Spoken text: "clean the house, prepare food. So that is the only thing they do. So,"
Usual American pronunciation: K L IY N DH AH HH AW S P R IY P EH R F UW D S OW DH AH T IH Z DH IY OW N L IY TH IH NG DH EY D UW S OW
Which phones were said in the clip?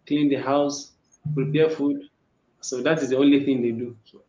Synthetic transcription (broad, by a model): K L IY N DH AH HH AW S P R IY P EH F UW D S OW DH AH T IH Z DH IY OW N L IY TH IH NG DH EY D UW S OW